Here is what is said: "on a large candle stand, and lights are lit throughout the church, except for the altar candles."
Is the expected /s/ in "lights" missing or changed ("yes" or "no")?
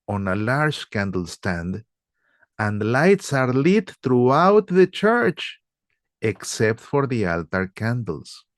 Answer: no